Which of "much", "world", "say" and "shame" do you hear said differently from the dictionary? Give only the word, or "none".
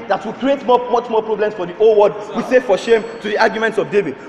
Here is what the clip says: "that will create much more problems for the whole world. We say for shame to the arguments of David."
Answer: world